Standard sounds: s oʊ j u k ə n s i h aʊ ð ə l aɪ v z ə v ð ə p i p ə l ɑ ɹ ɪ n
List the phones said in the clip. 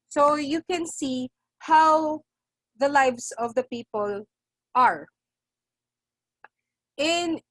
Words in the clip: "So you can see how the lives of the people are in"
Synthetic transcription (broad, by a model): s oʊ j u k ə n s i h aʊ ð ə l aɪ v s ə v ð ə p i p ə l ɑ ɹ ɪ n